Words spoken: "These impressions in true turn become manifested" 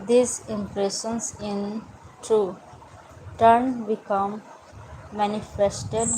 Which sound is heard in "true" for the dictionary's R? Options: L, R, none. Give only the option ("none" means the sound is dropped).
none